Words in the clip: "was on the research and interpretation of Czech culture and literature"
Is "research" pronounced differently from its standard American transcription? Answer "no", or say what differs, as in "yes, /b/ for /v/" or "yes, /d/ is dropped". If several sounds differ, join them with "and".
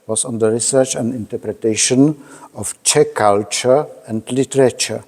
no